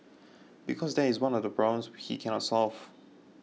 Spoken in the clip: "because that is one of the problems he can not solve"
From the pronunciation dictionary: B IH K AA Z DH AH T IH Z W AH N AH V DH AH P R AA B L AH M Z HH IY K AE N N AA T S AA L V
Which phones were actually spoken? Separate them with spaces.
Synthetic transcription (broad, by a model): B IH K AA Z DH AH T IH Z W AH N AH V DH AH B R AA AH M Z HH IY K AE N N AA T S AA L V